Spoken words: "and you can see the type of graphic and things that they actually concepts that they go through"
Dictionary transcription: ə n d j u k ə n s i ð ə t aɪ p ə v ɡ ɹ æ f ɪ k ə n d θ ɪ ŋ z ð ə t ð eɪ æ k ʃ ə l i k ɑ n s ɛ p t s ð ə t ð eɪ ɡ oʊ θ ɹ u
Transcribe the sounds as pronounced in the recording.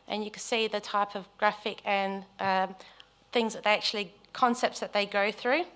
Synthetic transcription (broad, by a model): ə n j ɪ k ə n s i ð ə t aɪ p ə v ɡ ɹ æ f ɪ k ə n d θ ɪ ŋ z ð ə t ð eɪ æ k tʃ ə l i k ɑ n s ɛ p t s ð ə t ð eɪ ɡ oʊ θ ɹ u